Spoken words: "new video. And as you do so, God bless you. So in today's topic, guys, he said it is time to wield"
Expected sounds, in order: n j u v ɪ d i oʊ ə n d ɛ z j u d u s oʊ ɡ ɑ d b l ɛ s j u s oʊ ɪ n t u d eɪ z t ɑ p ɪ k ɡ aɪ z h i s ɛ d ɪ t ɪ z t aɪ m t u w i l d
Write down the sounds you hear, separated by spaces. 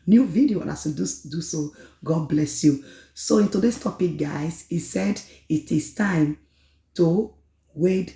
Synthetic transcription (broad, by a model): n j u v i d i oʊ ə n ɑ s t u d u s oʊ ɡ ɑ d b l ɛ s j u s oʊ ɪ n t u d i s t ɑ p ɪ k ɡ aɪ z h i s ɛ d ɪ t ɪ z t aɪ m t u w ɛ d